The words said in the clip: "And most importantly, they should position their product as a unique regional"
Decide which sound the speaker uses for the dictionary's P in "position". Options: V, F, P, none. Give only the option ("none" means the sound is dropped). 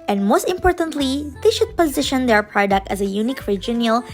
P